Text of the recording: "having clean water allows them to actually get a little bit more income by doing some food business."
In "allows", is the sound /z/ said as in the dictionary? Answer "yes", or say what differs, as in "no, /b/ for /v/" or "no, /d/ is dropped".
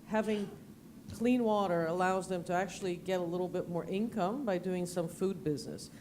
yes